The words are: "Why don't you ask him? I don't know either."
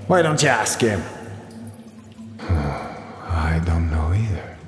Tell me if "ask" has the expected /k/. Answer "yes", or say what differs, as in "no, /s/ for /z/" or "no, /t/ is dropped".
yes